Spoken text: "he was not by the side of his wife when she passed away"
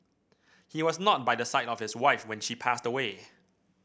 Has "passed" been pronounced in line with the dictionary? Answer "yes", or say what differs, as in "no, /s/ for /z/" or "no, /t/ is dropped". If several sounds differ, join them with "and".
yes